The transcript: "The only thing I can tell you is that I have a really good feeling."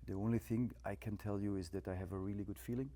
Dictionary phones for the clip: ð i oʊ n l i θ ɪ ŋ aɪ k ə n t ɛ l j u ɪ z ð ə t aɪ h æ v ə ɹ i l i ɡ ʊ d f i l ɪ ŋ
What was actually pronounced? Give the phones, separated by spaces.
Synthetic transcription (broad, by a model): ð i oʊ n l i θ ɪ ŋ aɪ k ə n t ɛ l j u ɪ z ð ə t aɪ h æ v ə ɹ i l i ɡ ʊ d f i l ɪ ŋ